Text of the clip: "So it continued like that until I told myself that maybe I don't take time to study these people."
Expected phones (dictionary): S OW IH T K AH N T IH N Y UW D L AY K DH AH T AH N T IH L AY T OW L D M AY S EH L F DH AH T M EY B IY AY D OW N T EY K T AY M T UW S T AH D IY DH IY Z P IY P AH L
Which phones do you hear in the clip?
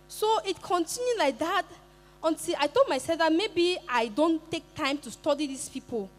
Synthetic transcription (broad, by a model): S OW IH T K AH N T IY N Y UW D L AY K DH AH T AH N T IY L AY T OW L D M AY S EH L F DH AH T M EY B IY AY D OW N T EY K T AY M T UW S T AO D IY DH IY S P IY P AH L